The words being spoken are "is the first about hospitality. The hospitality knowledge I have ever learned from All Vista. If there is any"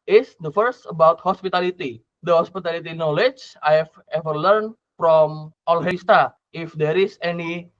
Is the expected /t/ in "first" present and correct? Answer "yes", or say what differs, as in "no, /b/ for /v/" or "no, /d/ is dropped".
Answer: yes